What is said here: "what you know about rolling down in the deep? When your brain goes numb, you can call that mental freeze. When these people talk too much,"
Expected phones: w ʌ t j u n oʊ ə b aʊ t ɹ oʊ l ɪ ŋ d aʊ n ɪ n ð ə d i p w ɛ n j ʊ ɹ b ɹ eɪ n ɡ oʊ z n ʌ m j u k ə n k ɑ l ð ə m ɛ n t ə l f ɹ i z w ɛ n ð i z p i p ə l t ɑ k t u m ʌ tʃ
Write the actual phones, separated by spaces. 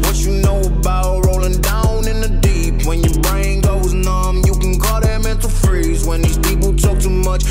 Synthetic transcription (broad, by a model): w ʌ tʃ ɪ n oʊ ə b aʊ t ɹ oʊ l ɪ ŋ d aʊ n ɪ n ð ə d i p w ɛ n j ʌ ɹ b ɹ eɪ n ɡ oʊ z n ʌ m j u k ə n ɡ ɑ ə m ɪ n t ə f ɹ i z w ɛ n ð i z p i p l t ɑ k t u m ʌ tʃ